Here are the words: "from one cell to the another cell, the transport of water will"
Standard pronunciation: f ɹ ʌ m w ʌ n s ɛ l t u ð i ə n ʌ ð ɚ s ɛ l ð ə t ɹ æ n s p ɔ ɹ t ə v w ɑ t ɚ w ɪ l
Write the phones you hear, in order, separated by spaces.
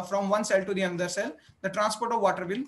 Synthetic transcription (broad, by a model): f ɹ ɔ m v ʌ n s ɛ l t u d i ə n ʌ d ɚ s ɛ l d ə t ɹ æ n s p ɔ ɹ t ə v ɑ t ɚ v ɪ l